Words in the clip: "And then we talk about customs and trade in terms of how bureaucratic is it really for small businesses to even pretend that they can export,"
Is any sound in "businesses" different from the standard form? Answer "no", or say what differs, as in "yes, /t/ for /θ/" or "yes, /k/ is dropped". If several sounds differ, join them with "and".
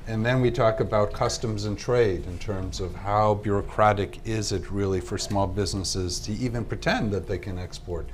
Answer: no